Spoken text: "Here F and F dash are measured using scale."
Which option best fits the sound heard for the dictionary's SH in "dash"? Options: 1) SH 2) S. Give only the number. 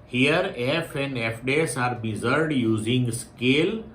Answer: 2